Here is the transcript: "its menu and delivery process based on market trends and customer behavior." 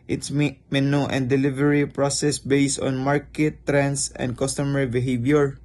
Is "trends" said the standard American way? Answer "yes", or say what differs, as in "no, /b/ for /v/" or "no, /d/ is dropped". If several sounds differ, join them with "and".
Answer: no, /s/ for /z/